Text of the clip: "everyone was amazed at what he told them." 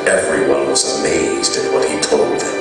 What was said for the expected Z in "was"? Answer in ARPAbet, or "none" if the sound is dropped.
Z